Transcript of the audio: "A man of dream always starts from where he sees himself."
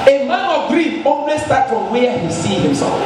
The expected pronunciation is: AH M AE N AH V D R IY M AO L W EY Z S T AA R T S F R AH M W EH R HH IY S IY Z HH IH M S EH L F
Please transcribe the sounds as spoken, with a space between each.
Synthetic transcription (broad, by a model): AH M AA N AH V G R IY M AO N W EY S T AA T F R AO M W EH HH IY S IY HH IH M S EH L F